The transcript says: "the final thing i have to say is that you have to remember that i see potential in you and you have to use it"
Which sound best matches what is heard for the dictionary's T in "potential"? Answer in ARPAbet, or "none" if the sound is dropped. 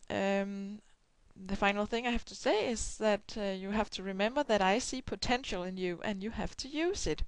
T